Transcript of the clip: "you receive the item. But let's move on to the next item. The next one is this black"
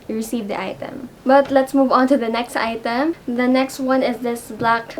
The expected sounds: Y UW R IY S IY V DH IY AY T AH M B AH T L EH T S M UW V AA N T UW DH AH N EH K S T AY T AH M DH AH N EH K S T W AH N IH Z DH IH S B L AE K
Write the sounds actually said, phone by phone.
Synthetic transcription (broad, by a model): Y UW R IY S IY V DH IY AY T AH M B AH T L EH T S M UW V AA N T UW DH AH N EH K S T AY T AH M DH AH N EH K S T W AH N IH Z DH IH S B L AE K